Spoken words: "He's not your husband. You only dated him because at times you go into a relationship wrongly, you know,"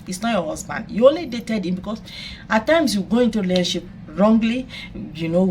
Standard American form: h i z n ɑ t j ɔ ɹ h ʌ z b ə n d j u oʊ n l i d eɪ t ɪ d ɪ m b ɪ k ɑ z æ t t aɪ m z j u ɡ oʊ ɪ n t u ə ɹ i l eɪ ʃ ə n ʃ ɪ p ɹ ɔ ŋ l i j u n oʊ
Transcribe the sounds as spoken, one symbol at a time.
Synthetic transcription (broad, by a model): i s n ɑ t j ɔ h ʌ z b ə n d j u oʊ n l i d eɪ t ɪ d ɪ m b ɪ k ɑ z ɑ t t aɪ m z j u ɡ oʊ ɪ n t u l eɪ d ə ʃ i p ɹ ɔ ŋ l i j u n oʊ